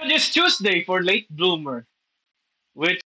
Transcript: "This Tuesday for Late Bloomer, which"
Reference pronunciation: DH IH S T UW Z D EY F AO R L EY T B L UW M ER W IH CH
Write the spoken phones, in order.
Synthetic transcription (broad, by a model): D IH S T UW S D EY F AO R L EY T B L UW M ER W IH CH